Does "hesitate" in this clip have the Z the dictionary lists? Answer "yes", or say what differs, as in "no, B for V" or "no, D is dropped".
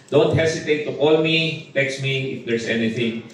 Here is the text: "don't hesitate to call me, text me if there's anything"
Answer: no, S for Z